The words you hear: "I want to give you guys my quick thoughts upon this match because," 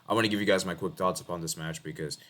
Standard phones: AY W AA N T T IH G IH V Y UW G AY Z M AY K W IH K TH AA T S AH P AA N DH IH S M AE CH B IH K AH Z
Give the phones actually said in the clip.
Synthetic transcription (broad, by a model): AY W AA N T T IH G IH V Y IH G AY Z M AY K W IH K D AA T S AH P AA N DH IH S M AE CH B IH K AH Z